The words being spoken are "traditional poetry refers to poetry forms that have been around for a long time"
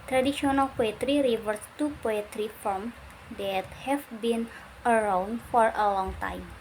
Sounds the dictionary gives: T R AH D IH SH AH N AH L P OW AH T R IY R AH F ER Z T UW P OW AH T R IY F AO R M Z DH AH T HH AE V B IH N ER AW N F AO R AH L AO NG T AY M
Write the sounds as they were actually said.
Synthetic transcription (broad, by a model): T R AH D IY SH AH N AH L P OW AH T R IY R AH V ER S T UW P OW AH T R IY F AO L M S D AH T HH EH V B IH N ER AW N F AO R AH L AO NG T AY M